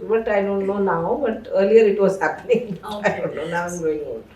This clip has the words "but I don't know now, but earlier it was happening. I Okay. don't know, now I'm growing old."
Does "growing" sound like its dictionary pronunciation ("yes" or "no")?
no